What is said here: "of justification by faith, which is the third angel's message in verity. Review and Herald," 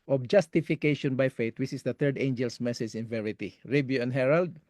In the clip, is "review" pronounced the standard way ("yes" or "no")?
no